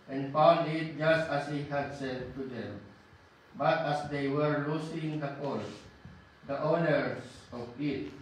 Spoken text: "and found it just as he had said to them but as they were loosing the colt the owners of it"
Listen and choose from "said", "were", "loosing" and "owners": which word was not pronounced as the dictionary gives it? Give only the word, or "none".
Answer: owners